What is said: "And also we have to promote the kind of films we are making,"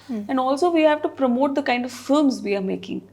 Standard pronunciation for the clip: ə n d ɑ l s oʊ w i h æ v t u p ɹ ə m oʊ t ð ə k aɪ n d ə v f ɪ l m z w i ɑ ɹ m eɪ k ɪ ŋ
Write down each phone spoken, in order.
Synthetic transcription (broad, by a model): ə n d ɑ l s oʊ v i h æ v t u p ɹ ə m oʊ t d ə k aɪ n d ə v f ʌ m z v i ɑ ɹ m eɪ k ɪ ŋ